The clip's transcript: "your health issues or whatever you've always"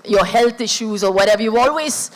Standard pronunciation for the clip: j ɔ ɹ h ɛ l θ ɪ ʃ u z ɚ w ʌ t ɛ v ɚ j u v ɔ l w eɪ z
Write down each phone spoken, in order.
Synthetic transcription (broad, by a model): j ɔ h ɛ l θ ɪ ʃ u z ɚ w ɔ t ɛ v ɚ j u ɔ l w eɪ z